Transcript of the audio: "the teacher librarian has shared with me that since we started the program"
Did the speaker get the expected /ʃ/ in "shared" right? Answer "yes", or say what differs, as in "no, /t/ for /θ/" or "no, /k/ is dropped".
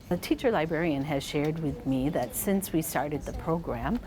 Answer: yes